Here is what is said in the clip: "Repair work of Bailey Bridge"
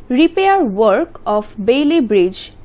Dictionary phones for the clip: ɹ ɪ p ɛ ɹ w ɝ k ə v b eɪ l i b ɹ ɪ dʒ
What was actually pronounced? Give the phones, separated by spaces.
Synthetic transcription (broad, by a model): ɹ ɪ p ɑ ɹ w ɝ k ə p b eɪ l i b ɹ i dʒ